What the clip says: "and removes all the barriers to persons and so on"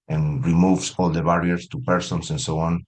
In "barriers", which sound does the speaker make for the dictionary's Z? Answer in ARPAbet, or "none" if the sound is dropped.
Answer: S